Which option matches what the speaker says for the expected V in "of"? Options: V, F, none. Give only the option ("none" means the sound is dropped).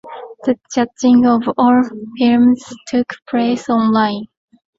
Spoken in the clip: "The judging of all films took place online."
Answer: V